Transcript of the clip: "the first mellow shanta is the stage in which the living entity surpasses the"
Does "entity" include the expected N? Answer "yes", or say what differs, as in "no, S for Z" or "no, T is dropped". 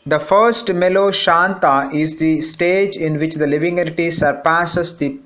no, N is dropped